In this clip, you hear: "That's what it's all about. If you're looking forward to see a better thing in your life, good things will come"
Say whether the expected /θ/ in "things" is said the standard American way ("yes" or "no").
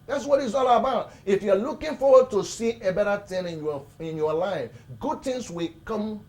no